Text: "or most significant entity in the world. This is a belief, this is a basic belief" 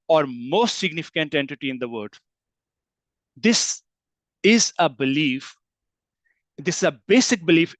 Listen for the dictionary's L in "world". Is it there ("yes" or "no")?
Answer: no